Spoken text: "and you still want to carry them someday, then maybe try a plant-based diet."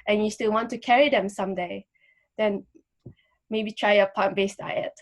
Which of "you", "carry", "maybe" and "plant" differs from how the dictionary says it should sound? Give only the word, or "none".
plant